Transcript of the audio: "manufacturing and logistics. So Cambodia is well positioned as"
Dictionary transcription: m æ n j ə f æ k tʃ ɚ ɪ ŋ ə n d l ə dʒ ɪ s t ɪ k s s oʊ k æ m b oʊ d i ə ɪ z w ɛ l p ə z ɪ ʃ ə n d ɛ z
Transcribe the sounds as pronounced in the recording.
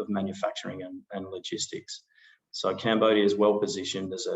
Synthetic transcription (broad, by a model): m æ n j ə f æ k tʃ ɚ ɪ ŋ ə n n l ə dʒ ɪ s t ɪ k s s oʊ k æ m b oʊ d i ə ɪ z w ɛ l p ə z ɪ ʃ ə n d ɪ z